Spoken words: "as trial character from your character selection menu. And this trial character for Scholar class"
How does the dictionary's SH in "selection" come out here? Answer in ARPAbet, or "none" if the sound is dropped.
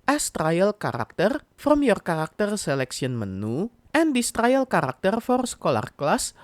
S